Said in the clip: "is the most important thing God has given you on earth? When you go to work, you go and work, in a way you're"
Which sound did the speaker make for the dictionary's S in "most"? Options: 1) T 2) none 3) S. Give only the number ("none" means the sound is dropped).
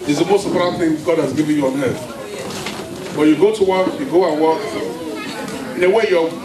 3